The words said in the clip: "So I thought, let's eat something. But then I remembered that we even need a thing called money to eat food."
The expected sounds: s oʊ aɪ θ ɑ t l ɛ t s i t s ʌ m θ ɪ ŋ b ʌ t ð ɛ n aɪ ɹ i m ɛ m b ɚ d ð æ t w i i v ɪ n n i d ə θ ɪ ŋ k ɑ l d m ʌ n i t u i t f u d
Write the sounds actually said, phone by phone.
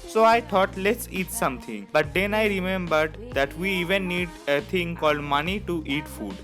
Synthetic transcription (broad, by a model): s oʊ aɪ t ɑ t l ɛ t s i t s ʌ m t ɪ ŋ b ʌ t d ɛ n aɪ ɹ i m ɛ m b ɚ d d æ t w i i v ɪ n n i d ə t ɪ ŋ k ɑ l d m ʌ n i t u i t f u d